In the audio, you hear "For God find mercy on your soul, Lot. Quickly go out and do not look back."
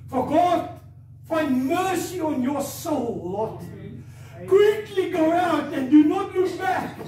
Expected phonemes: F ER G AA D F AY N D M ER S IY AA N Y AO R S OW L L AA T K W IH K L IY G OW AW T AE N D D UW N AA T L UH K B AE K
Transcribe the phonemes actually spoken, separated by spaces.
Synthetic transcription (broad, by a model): F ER G AA D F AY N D M ER S IY AA N Y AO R S OW L W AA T K W IH K L IY G OW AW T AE N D D UW N AA T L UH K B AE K